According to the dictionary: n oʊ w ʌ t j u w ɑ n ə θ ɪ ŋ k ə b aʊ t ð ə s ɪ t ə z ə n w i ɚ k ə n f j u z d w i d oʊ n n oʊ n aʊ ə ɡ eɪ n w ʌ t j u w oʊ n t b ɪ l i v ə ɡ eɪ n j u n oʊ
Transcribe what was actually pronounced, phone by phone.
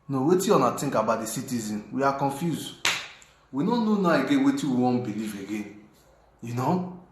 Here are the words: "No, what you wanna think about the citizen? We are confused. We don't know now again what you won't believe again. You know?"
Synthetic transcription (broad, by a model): n oʊ w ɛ t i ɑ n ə t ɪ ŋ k ə b aʊ t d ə s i t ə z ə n w i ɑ k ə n f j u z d w i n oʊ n n oʊ n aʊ ə ɡ eɪ n w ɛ t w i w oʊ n b ɪ l i v ə ɡ eɪ n j u n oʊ